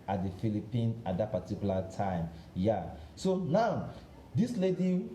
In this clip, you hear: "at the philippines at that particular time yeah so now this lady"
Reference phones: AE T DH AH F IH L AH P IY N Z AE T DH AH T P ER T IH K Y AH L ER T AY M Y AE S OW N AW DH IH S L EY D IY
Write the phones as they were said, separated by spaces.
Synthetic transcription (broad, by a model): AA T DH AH F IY L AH P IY N AA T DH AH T P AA T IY K Y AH L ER T AY M Y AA S OW N AW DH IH S L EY D IY